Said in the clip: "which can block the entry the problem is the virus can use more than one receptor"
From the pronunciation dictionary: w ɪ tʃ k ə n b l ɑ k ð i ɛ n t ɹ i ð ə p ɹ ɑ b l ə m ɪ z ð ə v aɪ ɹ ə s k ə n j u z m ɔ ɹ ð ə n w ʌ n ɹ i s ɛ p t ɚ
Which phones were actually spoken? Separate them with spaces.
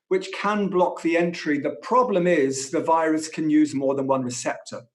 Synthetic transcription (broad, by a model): w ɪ tʃ k ə n b l ɑ k ð i ɛ n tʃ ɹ i ð ə p ɹ ɑ b l ə m ɪ z ð ə v aɪ ɹ ə s k ə n j u z m ɔ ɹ ð ə n w ʌ n ɹ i s ɛ p t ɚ